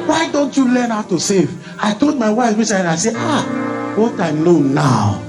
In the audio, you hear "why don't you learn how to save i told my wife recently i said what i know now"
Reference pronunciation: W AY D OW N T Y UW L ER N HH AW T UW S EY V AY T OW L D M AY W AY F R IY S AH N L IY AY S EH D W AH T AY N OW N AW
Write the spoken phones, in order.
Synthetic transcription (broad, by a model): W AY D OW N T Y UW L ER N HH AW T UW S EY V AY T OW L D M AY W AY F W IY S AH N IY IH S EH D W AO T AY L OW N AW